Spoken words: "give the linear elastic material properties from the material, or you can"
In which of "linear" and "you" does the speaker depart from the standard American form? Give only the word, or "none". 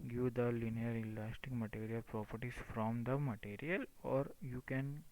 none